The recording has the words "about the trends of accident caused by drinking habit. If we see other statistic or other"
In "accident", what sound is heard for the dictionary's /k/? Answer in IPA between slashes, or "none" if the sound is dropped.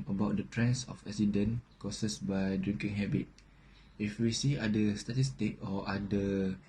none